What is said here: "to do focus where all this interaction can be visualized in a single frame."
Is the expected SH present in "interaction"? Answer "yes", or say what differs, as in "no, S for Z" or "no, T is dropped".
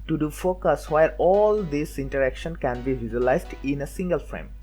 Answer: yes